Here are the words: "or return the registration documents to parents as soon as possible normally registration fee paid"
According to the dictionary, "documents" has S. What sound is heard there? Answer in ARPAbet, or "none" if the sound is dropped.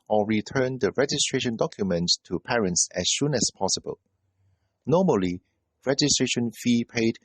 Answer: none